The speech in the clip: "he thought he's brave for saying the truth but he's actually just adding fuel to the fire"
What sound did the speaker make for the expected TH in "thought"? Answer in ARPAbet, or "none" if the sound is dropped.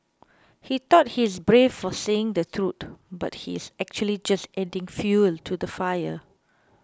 T